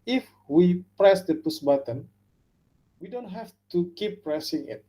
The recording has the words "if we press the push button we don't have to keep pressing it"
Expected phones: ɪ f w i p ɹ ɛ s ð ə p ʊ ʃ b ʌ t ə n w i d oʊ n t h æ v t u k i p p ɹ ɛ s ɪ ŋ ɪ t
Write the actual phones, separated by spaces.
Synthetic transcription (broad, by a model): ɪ f w i p ɹ ɛ s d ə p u s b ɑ t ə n w i d oʊ n t h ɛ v t u k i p p ɹ ɛ s ɪ ŋ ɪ t